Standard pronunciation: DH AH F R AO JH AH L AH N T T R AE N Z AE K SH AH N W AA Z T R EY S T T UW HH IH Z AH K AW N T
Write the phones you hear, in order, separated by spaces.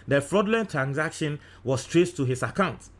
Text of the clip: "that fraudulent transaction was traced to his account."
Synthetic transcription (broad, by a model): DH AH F R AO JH L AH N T T R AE N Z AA K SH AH N W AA S T R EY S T T UW HH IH S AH K AW N T